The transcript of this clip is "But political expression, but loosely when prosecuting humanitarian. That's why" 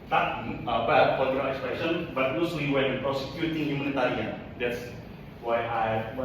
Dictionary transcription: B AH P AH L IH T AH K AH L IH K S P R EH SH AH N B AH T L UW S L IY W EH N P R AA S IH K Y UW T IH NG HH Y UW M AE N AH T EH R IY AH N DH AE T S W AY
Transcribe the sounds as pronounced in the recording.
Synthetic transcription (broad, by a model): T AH B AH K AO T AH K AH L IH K S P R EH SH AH N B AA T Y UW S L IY W EH N P R AA S IH K Y UW T IH NG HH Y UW M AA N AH T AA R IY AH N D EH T S W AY